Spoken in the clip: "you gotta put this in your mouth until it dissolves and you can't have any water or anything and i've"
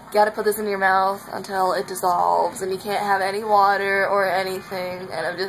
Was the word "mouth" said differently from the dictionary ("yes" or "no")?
no